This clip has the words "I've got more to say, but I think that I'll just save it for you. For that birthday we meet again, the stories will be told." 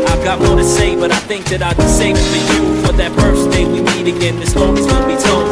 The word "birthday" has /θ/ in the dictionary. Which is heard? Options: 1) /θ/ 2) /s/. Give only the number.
2